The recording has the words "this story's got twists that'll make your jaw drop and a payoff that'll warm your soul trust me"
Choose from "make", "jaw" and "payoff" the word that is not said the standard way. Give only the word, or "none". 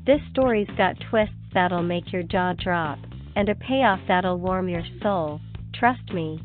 none